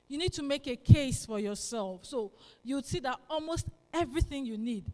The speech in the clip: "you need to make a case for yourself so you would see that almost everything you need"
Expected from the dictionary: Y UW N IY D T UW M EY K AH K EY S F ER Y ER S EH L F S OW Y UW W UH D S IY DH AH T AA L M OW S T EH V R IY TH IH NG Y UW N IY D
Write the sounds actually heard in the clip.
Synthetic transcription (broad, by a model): Y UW N IY D T UW M EY K AH K EY S F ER Y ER S EH L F S OW Y UW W S IY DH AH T AA L M OW S T EH V R IY TH IH NG Y UW N IY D